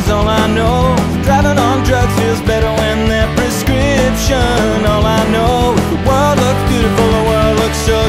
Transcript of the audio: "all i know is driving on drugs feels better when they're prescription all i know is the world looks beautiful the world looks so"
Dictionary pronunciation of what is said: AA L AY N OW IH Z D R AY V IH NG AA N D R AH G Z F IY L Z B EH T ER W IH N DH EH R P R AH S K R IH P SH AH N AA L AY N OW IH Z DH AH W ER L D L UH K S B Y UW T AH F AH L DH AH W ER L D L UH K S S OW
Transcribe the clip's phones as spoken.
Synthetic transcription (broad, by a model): AA L AY N OW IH D R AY V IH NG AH N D R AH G F IY L Z B EH T ER W IH N DH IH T P R AH S K R IH P SH AH N AA L AY N OW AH W ER L D L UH K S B Y UW T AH F L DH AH W ER L D L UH K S S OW